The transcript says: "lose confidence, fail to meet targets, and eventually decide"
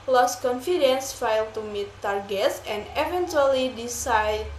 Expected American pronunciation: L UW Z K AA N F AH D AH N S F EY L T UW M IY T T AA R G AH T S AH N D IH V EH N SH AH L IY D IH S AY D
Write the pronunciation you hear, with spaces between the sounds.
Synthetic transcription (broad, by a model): L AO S K AA N F AH D AH N S F EY L T UW M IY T T AA R G AH T S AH N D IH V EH N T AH L IY D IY S AY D